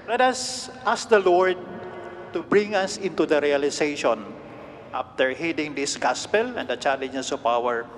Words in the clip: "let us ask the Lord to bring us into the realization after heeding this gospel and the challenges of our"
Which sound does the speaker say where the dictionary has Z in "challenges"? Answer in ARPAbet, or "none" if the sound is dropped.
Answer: S